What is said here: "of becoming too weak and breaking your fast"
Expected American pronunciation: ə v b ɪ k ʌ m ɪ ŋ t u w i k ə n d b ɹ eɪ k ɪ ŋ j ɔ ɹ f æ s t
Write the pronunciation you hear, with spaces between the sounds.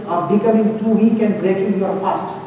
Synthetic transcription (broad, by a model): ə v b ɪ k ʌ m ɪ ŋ t u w i k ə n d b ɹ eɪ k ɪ j ɔ ɹ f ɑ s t